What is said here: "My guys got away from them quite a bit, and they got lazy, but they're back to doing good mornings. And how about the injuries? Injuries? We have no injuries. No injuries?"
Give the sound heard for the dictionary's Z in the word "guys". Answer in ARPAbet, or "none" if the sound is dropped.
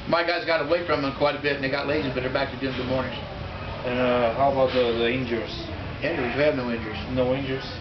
Z